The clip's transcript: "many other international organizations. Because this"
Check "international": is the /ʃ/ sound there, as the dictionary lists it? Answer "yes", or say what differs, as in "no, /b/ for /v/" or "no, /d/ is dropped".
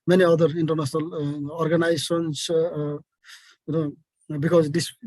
no, /s/ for /ʃ/